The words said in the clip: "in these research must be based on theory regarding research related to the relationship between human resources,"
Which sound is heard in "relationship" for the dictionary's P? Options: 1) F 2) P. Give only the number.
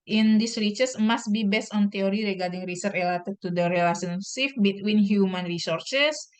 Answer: 1